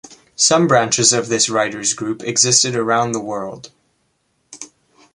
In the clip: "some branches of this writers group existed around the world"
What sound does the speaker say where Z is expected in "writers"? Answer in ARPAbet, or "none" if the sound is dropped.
Z